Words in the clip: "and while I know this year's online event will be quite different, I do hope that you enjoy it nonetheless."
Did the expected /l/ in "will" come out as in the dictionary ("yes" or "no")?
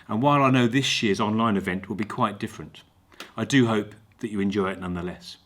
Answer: yes